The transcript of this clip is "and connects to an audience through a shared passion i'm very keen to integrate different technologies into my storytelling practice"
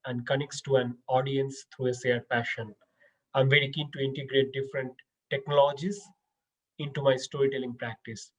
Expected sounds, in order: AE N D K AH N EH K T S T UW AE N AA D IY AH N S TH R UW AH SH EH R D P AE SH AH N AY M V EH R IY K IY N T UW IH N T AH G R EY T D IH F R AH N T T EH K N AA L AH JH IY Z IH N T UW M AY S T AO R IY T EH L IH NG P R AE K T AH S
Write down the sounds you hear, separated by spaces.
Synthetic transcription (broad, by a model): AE N D K AH N EH K T S T UW AE N AA D IY AH N S T R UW AH S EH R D P AE SH AH N AY M V EH R IY K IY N T UW IH N T AH G R EY T D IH F R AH N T T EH K N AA L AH JH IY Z IH N T UW M AY S T AO R IY T EH L IH NG P R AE K T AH S